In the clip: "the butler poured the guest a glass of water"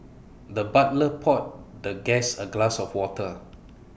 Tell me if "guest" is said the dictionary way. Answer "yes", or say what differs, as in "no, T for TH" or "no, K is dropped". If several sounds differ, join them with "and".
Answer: no, T is dropped